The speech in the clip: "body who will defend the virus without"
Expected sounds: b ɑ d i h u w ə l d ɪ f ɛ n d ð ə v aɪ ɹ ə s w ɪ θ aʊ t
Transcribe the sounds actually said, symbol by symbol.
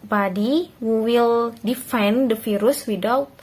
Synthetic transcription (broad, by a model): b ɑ d i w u w ə l d ɪ f ɛ n d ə f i ɹ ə s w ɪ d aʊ